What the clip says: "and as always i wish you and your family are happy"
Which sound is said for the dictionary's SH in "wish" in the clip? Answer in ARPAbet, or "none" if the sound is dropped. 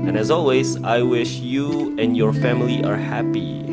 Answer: SH